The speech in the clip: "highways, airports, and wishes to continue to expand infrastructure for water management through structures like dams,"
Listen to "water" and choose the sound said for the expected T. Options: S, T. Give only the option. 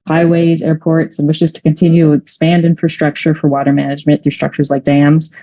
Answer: T